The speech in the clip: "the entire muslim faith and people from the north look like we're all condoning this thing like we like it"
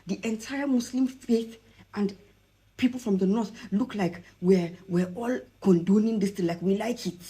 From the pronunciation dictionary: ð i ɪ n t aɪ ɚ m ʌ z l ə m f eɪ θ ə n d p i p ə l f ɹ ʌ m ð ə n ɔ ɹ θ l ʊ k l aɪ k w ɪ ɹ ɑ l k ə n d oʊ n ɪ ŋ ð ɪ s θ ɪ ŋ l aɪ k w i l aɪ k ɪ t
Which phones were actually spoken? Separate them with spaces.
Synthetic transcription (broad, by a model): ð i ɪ n t aɪ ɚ m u s l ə m f eɪ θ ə n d p i p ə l f ɹ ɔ m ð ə n ɔ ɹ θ l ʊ k l aɪ k w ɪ w ɑ l k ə n d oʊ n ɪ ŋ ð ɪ s t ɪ l aɪ k w i l aɪ k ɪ t